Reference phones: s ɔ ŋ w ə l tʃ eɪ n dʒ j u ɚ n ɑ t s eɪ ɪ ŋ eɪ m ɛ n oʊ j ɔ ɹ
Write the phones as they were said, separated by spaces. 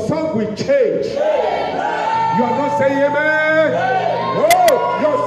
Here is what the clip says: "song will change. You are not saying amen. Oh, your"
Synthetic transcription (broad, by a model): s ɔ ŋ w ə tʃ eɪ n dʒ j u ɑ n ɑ s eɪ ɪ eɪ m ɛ oʊ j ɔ